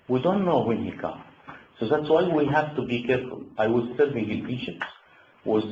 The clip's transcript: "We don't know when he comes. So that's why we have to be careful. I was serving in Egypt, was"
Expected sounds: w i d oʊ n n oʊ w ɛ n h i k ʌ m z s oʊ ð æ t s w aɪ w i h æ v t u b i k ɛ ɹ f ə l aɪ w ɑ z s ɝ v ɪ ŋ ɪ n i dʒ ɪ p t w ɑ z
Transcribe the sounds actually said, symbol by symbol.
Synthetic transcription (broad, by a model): w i d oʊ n n oʊ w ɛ n h i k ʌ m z s oʊ ð æ t s w aɪ w i h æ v t u b i k ɛ ɹ f ə l aɪ w ɑ z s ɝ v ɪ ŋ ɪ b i ʃ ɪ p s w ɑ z